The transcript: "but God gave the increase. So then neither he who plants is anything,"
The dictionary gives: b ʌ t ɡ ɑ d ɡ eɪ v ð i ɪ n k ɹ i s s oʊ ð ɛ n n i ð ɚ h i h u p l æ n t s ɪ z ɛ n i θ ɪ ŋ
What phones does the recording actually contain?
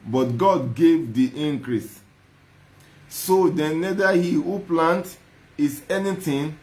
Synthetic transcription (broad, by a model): b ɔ t ɡ ɑ d ɡ eɪ v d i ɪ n k ɹ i s s oʊ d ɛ n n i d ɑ h i h u p l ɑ n t ɪ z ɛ n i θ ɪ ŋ